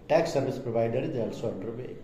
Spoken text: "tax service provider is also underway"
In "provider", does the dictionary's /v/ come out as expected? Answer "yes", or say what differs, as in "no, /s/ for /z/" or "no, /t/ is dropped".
no, /b/ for /v/